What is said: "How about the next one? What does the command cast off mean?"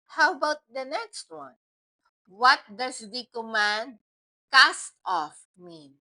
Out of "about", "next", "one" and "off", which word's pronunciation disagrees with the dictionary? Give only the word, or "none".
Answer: none